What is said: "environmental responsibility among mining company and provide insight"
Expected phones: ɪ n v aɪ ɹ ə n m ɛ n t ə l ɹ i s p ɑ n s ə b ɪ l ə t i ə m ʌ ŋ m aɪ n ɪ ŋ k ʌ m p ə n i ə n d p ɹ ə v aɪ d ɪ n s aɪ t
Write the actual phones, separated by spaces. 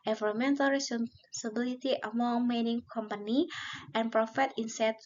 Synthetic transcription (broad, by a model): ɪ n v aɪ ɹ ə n m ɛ n t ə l ɹ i s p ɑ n s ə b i l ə t i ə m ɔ ŋ m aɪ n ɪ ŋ k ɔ m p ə n i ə n p ɹ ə f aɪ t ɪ n s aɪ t